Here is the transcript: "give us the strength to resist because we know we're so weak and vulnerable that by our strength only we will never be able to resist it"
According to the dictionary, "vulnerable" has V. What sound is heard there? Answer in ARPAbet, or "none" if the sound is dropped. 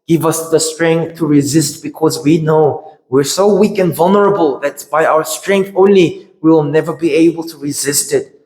V